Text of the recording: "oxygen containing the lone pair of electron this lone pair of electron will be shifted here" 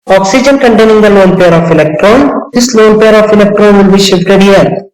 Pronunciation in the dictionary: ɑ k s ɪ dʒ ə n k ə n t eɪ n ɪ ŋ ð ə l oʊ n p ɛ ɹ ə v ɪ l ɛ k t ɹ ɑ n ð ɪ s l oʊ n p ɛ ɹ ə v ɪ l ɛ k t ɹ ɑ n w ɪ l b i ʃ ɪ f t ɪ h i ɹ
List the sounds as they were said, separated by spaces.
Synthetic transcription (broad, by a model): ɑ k s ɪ dʒ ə n k ə n t eɪ n ɪ ŋ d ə l oʊ n p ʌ ɹ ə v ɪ l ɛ k t ɹ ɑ n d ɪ s l oʊ n p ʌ ɹ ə f ɪ l ɛ k t ɹ ɑ n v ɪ l b i ʃ ɪ f t ɪ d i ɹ